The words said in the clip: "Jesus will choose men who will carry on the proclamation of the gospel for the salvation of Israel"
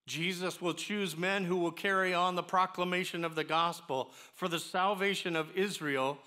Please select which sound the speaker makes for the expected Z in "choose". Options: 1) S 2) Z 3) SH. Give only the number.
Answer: 2